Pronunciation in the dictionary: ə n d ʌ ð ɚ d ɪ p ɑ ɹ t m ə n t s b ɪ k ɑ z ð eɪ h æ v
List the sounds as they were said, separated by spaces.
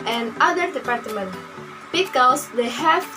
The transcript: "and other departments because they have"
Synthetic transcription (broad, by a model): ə n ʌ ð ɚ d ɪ p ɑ ɹ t m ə n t b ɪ k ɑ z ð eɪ h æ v